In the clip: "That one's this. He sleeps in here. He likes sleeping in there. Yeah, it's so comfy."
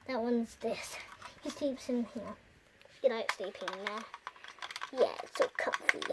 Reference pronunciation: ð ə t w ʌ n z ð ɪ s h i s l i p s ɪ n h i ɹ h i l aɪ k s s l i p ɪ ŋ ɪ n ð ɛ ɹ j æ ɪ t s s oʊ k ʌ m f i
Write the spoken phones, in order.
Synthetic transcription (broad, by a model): ð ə t w ʌ n z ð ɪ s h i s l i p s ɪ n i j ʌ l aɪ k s s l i p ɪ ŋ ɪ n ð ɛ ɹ j æ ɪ t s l k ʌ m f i